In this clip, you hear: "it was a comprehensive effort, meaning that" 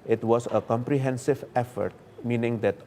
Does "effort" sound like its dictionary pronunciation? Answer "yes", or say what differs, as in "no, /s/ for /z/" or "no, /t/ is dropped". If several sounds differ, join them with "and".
yes